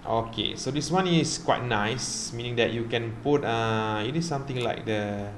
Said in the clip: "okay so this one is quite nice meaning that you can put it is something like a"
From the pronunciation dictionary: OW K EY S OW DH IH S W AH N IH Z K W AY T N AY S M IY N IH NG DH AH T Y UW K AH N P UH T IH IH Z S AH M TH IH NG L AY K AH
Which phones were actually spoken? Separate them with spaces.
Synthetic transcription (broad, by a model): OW K EY S OW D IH S W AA N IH S K W AY T N AY S M IY N IH NG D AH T Y UW K AH N P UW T IH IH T S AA M T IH NG L AY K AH